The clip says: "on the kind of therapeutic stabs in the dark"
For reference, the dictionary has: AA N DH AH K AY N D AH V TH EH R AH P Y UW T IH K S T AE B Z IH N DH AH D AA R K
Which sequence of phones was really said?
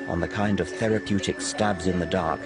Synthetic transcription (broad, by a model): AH N DH AH K AY N D AH V TH EH R AH P Y UW T IH K S T AE B Z IH N DH AH D AA R K